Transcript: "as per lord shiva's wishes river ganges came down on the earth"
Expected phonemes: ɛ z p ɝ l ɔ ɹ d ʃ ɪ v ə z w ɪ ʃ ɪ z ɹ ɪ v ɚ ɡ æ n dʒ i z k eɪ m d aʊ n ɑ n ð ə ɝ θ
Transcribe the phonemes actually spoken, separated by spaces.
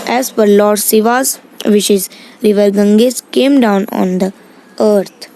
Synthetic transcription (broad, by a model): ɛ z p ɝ l ɔ ɹ d s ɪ v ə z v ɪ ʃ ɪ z ɹ ɪ v ɚ ɡ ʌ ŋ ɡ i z k eɪ m d aʊ n ɑ n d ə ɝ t